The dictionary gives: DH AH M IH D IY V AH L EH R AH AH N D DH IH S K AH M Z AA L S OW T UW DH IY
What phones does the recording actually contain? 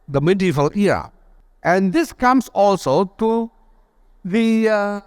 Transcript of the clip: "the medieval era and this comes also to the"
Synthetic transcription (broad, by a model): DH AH M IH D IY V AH L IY AH AH N D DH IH S K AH M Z AA L S OW T UW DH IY